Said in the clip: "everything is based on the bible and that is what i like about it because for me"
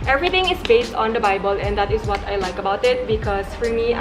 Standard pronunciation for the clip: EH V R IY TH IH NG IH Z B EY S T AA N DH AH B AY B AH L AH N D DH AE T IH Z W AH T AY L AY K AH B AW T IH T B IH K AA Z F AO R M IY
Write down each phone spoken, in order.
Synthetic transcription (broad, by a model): EH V R IY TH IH NG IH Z B EY S T AA N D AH B AY B AH L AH N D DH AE T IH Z W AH T AY L AY K AH B AW T IH T B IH K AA S F AO R M IY